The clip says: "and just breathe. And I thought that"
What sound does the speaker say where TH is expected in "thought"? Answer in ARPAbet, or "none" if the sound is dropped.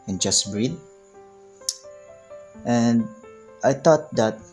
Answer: T